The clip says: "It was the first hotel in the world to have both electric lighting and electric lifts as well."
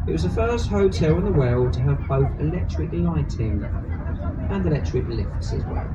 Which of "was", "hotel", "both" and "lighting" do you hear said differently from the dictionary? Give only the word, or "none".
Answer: none